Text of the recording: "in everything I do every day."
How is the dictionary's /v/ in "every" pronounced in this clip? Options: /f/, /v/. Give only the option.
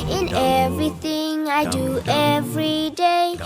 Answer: /v/